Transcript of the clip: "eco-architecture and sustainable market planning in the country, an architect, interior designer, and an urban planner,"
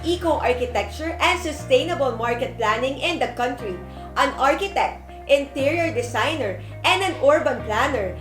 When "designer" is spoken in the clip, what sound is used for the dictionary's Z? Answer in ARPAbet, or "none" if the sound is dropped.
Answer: S